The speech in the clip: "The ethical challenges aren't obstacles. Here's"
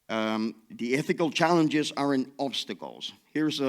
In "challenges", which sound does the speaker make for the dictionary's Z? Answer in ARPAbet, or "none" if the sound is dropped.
Z